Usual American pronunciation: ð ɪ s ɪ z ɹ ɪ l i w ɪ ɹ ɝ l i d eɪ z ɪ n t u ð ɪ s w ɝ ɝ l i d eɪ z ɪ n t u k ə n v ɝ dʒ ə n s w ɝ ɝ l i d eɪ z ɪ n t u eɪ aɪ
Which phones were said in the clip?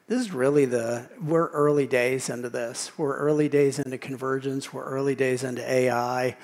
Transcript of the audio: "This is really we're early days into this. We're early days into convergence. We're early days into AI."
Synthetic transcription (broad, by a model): ð ɪ s ɪ z ɹ ɪ l i w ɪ ɹ ɝ l i d eɪ z ɪ n t u ð ɪ s w ɝ ɝ l i d eɪ z ɪ n t u k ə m v ɝ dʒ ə n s w ɝ ɝ l i d eɪ z ɪ n t u eɪ aɪ